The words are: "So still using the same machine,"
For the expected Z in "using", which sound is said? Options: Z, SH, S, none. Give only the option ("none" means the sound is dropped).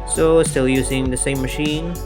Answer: Z